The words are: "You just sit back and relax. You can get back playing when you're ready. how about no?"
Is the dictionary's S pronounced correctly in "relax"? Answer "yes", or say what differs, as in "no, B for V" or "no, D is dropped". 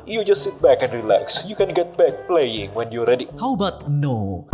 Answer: yes